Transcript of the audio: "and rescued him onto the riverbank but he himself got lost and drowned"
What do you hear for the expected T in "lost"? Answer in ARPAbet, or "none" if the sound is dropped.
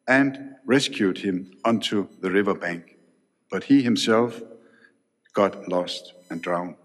T